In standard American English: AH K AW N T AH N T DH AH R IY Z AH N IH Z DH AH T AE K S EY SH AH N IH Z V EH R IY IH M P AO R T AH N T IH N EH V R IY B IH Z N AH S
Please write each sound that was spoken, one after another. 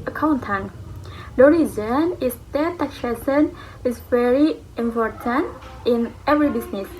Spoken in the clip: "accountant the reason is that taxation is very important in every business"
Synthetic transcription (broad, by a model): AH K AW N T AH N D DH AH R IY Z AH N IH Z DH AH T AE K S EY S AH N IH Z V EH R IY IH M P AO R T AH N T IH N EH V R IY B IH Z N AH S